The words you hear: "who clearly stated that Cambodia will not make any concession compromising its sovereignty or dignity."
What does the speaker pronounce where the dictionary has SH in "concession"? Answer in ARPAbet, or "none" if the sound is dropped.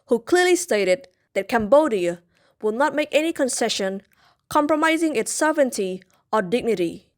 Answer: SH